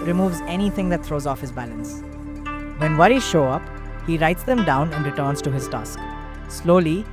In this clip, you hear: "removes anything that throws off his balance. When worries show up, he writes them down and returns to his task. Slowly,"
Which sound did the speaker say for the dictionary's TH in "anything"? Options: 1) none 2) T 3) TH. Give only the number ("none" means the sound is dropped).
2